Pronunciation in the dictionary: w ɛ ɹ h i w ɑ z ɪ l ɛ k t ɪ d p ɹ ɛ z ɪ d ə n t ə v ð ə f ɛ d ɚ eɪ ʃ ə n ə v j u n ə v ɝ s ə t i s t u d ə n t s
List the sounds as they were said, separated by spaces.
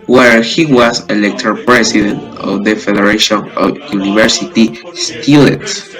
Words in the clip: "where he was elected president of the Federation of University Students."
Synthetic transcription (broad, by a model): w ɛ ɹ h i w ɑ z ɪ l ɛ k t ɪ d p ɹ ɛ s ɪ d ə n t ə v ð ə f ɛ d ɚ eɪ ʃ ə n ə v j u n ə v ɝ s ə t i s t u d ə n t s